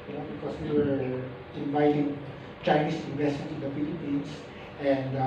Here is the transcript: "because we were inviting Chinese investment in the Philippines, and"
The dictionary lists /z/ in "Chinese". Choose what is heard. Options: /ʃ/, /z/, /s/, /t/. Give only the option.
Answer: /s/